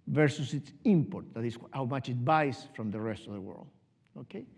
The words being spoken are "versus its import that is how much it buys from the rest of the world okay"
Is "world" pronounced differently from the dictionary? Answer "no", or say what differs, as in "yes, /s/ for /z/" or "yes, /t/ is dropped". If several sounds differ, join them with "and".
no